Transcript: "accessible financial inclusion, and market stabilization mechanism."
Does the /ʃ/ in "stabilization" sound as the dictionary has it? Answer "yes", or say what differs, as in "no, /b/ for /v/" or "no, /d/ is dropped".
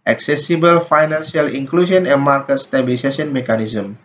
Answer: no, /s/ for /ʃ/